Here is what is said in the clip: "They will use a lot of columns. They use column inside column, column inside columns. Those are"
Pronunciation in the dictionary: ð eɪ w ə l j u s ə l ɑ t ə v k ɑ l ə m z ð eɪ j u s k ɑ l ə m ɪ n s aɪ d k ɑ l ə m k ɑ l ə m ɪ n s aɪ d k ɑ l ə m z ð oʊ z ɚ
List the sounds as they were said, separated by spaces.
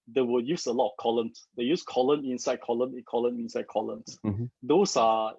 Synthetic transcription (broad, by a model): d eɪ w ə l j u s ə l ɑ t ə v k ɑ l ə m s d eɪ j u s k ɑ l ə m ɪ n s aɪ d k ɑ l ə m k ɑ l ə m ɪ n s aɪ d k ɑ l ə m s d oʊ s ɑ